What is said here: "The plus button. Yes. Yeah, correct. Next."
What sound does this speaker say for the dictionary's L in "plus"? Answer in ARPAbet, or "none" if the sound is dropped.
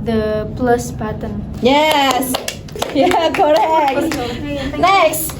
L